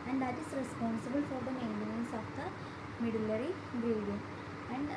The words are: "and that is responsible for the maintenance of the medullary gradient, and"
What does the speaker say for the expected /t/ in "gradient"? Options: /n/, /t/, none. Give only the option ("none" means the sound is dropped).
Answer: none